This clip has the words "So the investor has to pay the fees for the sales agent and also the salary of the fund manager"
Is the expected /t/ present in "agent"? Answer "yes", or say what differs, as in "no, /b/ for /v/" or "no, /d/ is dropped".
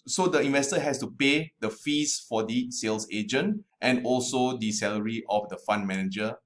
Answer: yes